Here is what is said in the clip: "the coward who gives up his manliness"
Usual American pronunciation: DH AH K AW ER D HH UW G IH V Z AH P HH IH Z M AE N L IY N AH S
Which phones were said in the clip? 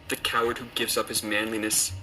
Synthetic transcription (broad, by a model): DH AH K AW ER D HH UW G IH V Z AH P HH IH Z M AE N L IY N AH S